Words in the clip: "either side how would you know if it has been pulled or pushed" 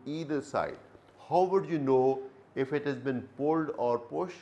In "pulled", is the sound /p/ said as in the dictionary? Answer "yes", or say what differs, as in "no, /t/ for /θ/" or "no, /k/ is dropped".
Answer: yes